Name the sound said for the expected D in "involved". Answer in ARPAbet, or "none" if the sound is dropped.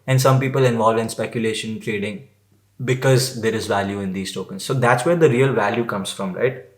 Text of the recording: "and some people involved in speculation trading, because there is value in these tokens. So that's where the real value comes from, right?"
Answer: none